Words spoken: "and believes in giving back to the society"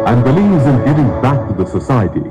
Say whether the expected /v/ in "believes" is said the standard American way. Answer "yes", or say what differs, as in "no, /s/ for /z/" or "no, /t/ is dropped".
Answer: no, /v/ is dropped